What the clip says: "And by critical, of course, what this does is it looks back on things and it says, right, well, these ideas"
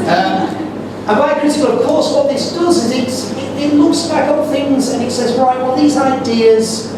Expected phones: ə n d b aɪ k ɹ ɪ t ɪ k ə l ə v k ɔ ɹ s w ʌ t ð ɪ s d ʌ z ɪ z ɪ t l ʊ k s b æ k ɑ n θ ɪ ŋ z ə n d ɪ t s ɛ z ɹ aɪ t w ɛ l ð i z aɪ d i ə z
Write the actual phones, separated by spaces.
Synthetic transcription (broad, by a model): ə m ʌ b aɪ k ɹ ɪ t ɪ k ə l ə v k ɔ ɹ s w ʌ t ð ɪ s d ʌ z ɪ z ɪ t l ʊ k s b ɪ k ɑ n θ ɪ ŋ z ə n ɪ t s ɛ z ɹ aɪ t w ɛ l ð i z aɪ d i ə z